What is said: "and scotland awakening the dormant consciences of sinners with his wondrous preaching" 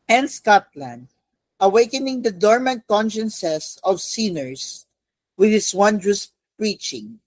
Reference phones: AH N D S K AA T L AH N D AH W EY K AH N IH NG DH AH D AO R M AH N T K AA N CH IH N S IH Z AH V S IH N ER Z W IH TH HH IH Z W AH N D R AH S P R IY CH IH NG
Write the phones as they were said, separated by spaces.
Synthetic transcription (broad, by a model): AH N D S K AA T L AH N D AH W EY K AH N IH NG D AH D AO R M AH N T K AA N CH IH N S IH S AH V S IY N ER S W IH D HH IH S W AH N D R AH S P R IY CH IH NG